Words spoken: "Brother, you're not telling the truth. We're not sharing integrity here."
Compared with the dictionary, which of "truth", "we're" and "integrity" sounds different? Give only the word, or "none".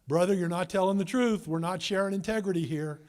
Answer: none